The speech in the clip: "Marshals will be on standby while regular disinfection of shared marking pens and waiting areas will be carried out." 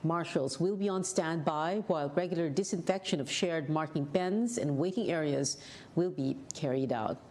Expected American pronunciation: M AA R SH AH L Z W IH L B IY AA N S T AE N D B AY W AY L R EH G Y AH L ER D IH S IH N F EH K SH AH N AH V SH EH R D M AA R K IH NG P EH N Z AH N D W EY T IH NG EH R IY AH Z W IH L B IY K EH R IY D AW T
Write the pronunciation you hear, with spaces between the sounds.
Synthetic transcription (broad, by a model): M AA R SH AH L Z W IH L B IY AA N S T AE N D B AY W AY L R EH G Y L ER D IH S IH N F EH K SH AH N AH V SH EH R D M AA R K IH NG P EH N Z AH N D W EY T IH NG EH R IY AH Z W IH L B IY K EH R IY D AW T